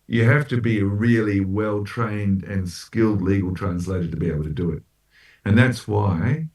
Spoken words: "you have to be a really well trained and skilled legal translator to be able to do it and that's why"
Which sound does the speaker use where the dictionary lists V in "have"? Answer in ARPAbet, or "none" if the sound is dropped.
F